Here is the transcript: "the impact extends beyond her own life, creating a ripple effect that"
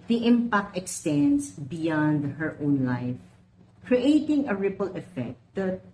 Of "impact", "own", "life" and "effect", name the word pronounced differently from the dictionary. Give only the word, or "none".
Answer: none